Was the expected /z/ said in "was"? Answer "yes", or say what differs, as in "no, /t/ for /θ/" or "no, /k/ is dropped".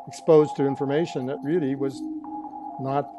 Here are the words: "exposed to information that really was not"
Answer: yes